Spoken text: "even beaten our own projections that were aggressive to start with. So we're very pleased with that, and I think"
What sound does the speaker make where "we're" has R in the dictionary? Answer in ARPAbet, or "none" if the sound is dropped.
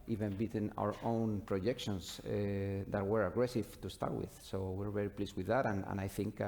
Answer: R